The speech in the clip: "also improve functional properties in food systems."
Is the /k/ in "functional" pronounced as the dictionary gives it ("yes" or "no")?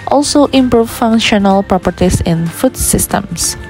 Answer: no